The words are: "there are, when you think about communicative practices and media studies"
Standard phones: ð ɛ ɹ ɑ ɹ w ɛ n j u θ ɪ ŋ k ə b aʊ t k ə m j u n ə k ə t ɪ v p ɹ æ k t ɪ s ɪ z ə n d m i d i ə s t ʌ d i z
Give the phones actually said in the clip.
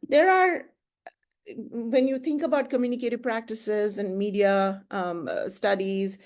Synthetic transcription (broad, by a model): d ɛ ɹ ɑ ɹ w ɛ n j u t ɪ ŋ k ə b aʊ t k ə m j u n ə k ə t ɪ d p ɹ æ k t ɪ s ɪ z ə n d m i d i ə s t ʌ d i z